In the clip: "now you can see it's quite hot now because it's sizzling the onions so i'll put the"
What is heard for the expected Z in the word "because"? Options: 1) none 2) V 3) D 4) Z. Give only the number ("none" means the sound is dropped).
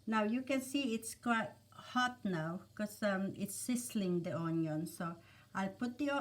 1